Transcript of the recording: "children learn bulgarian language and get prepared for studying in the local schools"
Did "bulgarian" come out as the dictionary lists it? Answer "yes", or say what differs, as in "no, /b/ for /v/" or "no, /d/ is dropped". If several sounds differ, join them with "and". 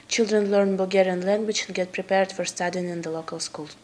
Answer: no, /l/ is dropped